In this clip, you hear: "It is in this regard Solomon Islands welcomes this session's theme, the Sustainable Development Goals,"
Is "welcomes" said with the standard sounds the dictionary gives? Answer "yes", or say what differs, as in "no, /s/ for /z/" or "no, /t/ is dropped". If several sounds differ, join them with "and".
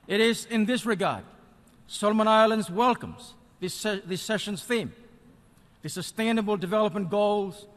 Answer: yes